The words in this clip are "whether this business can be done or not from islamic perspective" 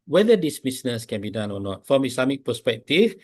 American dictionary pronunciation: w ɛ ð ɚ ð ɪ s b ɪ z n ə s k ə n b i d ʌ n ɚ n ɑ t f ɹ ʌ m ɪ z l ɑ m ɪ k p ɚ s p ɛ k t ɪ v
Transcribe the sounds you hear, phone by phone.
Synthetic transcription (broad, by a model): w ɛ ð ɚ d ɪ s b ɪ s n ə s k ə n b i d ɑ n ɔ n ɑ t f ɹ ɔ m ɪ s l ɑ m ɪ k p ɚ s p ɛ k t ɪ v